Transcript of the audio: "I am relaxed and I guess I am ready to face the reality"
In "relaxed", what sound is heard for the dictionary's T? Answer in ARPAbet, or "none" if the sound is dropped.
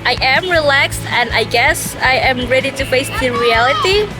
T